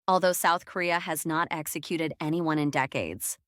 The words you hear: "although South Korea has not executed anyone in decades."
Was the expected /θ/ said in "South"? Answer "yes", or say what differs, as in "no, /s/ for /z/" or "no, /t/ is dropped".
yes